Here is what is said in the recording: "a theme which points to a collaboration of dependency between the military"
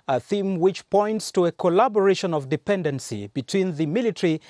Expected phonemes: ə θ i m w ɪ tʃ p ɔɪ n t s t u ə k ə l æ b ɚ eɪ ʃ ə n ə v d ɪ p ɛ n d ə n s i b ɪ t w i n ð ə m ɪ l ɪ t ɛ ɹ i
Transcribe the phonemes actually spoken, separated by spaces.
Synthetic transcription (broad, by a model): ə θ i m w ɪ tʃ p ɔɪ n t s t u ə k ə l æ b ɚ eɪ ʃ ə n ə v d ɪ p ɛ n d ə n s i b ɪ t w i n ð ə m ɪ l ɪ t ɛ ɹ i